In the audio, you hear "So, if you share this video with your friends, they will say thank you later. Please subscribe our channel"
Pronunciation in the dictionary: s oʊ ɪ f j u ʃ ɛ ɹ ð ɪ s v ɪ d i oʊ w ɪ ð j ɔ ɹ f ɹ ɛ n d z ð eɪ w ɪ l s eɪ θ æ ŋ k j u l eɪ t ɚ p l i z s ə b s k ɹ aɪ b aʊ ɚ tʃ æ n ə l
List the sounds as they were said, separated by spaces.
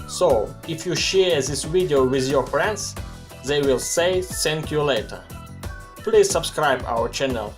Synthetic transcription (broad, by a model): s oʊ ɪ f j u ʃ ɛ ɹ ð ɪ s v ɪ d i oʊ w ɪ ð j ɔ ɹ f ɹ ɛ n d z ð eɪ w ɪ l s eɪ s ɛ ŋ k j u l eɪ t ɚ p l i z s ə b s k ɹ aɪ b aʊ ɚ tʃ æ n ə l